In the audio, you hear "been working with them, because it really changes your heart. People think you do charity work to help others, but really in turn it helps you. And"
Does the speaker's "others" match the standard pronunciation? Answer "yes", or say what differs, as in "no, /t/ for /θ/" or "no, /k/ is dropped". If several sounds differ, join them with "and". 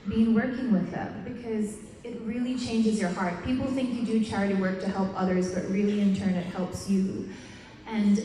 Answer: yes